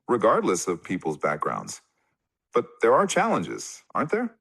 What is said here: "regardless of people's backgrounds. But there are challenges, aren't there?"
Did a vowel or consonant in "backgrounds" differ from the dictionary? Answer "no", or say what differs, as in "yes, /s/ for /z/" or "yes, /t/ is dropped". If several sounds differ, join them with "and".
no